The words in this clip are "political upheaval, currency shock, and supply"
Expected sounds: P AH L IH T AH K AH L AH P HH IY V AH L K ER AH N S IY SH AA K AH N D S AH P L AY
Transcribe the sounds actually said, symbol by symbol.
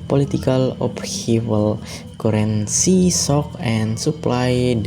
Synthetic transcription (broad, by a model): P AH L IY T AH K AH L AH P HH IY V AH L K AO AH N S IY S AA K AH N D S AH P L AY